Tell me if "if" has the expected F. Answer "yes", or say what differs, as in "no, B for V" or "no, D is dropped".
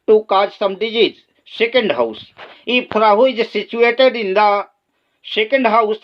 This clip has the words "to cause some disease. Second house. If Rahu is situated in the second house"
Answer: no, P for F